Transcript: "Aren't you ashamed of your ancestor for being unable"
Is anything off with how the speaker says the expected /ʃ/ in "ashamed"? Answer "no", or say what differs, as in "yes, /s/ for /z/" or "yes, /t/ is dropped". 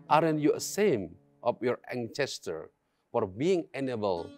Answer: yes, /s/ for /ʃ/